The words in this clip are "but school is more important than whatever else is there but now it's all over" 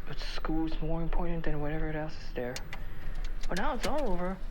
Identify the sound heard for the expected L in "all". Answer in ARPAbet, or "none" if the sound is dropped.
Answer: L